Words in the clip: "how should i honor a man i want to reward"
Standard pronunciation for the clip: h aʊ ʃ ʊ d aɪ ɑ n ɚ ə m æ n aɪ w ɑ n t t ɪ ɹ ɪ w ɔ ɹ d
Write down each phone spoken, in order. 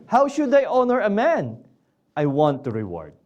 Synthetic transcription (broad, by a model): h aʊ ʃ ʊ d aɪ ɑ n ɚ ə m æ n aɪ w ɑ n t t ɪ ɹ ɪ w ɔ ɹ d